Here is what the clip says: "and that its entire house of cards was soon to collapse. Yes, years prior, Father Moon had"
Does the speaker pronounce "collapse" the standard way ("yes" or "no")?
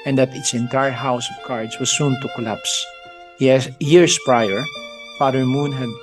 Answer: yes